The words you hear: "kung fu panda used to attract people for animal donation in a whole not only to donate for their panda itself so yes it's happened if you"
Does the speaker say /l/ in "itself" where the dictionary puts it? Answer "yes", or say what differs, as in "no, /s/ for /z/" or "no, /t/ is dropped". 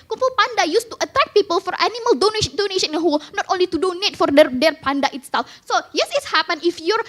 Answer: yes